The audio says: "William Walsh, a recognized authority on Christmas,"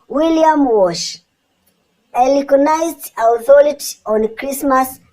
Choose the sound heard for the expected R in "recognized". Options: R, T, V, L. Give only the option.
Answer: L